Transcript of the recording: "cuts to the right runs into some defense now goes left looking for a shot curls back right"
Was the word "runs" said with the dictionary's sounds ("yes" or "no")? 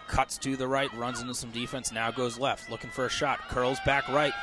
yes